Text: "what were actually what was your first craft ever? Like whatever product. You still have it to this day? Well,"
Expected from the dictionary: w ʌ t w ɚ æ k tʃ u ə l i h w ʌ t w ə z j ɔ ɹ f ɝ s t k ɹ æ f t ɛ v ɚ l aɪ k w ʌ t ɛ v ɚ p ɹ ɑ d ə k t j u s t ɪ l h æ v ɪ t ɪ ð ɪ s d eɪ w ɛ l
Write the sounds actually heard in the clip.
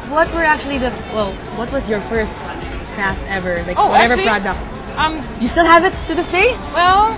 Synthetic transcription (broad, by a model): w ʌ t w ɚ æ k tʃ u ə w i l w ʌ t w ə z j ɔ ɹ f ɝ s t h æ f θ ɛ v ɚ l aɪ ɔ w ʌ t ɛ v ɚ b ɹ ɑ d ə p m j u s t ɪ l h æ v ɪ t ɪ ð ɪ s d eɪ w ɛ l